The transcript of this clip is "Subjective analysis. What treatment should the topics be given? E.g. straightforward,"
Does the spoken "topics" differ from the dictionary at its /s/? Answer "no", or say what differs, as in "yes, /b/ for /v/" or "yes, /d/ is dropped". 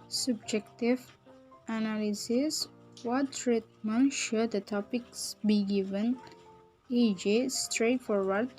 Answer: no